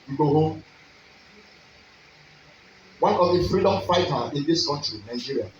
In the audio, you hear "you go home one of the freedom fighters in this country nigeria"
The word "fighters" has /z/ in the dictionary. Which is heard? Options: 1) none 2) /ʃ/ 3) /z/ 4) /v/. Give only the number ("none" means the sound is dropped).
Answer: 1